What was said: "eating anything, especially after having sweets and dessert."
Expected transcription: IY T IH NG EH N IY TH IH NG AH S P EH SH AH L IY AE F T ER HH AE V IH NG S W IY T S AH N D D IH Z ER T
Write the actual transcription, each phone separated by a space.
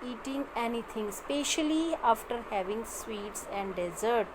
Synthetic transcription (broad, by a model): IY T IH NG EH N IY T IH NG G S P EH SH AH L IY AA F T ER HH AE V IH NG S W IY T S AH N D D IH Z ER T